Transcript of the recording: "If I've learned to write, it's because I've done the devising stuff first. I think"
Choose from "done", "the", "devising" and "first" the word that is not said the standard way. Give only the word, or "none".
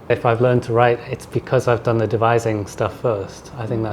none